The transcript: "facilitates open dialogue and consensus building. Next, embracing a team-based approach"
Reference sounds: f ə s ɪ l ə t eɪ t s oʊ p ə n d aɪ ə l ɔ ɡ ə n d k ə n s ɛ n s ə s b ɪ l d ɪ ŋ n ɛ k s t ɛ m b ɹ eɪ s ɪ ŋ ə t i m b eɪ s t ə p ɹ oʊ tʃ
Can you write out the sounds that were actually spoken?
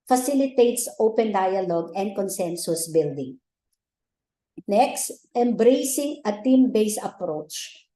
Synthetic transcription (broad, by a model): f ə s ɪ l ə t eɪ t s oʊ p ə n d aɪ ə l ɔ ɡ ə n d k ə n s ɛ n s ə s b ɪ l d ɪ ŋ n ɛ k s t ɛ m b ɹ eɪ s ɪ ŋ ə t i m b eɪ s ə p ɹ oʊ tʃ